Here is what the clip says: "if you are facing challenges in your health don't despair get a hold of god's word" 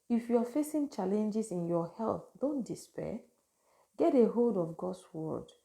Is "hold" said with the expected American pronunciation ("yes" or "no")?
yes